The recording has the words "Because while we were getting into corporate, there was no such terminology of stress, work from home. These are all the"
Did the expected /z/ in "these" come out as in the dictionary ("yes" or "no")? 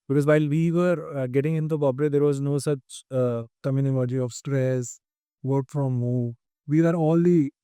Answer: no